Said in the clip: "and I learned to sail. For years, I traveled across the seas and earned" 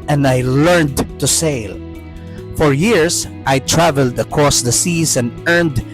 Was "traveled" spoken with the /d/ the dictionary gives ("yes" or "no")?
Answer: yes